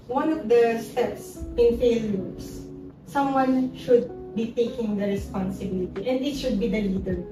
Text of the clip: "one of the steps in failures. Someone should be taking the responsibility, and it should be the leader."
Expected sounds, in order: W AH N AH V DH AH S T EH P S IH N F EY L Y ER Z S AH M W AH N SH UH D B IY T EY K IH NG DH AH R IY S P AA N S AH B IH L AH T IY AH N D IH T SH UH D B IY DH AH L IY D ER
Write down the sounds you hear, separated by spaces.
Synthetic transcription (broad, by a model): W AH N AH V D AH S T EH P S IH N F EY L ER S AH M W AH N SH UH D B IY T EY K IH NG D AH R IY S P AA N S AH B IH L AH T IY AH N D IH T SH UH D B IY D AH L IY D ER